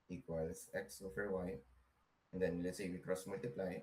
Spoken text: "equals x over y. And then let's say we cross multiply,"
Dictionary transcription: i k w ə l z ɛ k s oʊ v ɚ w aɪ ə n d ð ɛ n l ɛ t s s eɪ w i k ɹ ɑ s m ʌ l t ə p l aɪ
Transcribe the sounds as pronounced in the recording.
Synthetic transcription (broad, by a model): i k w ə l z ɛ k s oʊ f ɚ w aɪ ə n d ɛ n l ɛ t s s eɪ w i k ɹ ɑ s m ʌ l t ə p l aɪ